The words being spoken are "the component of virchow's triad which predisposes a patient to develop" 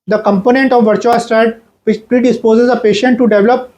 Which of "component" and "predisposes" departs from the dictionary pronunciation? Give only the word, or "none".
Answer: none